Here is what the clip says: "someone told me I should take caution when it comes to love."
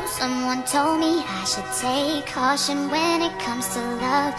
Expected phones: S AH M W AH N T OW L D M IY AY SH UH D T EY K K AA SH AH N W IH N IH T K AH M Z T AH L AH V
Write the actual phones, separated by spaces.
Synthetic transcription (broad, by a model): S AH M W AH N T OW L D M IY AY SH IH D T EY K K AA SH AH N W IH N IH T K AH M Z T AH L AH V